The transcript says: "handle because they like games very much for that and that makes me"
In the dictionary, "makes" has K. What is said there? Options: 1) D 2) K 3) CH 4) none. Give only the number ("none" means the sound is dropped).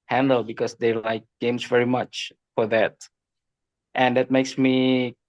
2